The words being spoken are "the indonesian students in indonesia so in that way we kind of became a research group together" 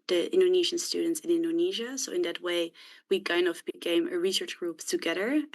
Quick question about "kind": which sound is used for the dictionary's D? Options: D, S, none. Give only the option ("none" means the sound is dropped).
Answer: none